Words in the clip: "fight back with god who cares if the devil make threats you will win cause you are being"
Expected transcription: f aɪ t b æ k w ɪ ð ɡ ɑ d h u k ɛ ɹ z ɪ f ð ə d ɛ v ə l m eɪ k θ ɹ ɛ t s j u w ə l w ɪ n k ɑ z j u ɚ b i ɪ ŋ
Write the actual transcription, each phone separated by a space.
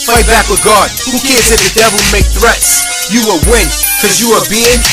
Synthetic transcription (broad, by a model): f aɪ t b æ k w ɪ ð ɡ ɑ d h u k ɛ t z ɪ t ð ə d ɛ v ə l m eɪ k θ ɹ ɛ t s j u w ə w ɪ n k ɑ z j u ɚ b i ɪ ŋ